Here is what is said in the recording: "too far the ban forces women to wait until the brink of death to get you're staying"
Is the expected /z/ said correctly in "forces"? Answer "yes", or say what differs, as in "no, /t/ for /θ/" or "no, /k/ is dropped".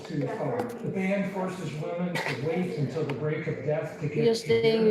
yes